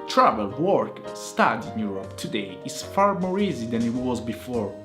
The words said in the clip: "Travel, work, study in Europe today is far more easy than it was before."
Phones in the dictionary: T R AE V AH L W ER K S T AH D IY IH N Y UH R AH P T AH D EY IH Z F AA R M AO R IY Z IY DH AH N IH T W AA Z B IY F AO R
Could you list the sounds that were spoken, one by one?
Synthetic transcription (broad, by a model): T R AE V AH L W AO K S T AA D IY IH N Y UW R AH P T AH D EY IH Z F AA R M AO R IY Z IY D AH N IH T W AA Z B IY F AO R